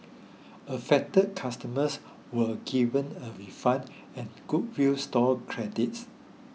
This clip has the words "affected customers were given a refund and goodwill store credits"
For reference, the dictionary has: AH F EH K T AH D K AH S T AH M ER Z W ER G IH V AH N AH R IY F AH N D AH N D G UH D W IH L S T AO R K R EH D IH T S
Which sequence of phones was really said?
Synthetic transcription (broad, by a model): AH F EH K T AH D K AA S T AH M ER S W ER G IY V AH N AH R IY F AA N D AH N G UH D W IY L S T AO L K R EH D IH T S